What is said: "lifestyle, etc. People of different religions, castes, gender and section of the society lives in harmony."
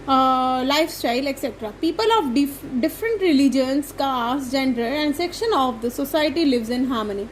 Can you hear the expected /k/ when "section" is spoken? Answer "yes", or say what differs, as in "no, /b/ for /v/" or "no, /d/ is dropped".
yes